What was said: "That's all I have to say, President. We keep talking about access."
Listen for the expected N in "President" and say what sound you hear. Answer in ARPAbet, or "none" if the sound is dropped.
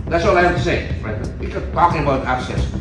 none